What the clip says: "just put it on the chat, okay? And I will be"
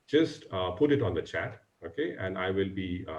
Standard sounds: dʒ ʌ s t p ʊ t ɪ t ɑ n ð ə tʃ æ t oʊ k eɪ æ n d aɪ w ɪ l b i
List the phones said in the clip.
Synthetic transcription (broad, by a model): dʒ ʌ s t p ʊ t ɪ t ɑ n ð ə tʃ æ t oʊ k eɪ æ n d aɪ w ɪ l b i